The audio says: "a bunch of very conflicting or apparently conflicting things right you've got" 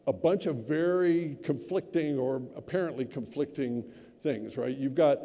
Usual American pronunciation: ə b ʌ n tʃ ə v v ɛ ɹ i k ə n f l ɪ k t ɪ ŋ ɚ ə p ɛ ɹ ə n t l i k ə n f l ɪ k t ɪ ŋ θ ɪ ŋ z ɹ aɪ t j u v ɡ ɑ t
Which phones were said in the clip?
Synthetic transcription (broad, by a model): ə b ʌ n tʃ ə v v ɛ ɹ i k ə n f l ɪ k t ɪ ŋ ɚ ə p ɛ ɹ ə n t l i k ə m f l ɪ k t ɪ ŋ θ ɪ ŋ z ɹ aɪ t j u v ɡ ɑ t